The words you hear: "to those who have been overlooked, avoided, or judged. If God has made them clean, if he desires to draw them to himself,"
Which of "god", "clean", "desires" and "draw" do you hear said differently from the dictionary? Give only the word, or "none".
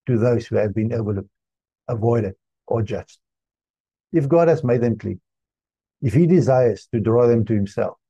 clean